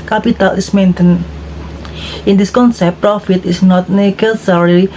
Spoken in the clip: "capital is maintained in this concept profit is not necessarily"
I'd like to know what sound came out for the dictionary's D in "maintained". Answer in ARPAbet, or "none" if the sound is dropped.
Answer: none